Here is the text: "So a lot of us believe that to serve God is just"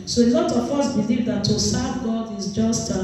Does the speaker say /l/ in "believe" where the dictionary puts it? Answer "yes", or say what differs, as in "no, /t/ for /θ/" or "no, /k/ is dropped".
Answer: yes